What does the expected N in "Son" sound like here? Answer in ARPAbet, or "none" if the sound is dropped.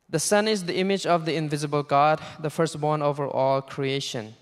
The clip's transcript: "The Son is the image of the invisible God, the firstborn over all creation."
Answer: N